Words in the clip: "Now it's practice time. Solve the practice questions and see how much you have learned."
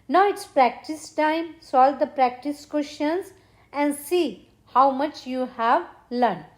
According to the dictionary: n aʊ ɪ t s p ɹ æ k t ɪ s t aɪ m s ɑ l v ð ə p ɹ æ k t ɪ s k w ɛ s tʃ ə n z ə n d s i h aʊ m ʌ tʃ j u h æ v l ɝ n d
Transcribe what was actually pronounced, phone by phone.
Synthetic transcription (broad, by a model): n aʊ ɪ t s p ɹ æ k t ɪ s t aɪ m s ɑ l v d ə p ɹ æ k t ɪ s k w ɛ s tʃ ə n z ə n d s i h aʊ m ʌ tʃ j u h æ v l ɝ n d